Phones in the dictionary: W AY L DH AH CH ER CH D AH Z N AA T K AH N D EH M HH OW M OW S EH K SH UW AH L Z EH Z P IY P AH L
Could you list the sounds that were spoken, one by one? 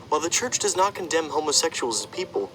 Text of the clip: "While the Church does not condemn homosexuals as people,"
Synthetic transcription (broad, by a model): W AY L DH AH CH ER CH D AH Z N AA T K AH N D EH M HH OW M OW S EH K SH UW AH L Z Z P IY P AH L